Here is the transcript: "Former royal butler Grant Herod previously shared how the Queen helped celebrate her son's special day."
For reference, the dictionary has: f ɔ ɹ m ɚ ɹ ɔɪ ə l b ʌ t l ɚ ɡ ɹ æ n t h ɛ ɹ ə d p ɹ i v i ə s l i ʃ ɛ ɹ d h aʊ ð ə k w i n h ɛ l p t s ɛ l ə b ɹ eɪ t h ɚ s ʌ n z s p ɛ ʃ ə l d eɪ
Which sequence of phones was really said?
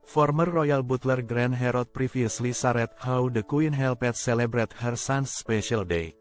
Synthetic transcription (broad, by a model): f ɔ ɹ m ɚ ɹ ɔɪ ə l b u t l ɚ ɡ ɹ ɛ n h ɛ ɹ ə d p ɹ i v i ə s l i s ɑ ɹ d h aʊ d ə k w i n h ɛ l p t s ɛ l ə b ɹ eɪ t h ɚ s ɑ n s p ɛ ʃ ə l d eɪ